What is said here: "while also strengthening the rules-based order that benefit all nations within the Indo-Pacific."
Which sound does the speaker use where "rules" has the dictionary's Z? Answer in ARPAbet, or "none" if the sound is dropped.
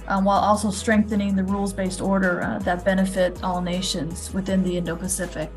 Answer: Z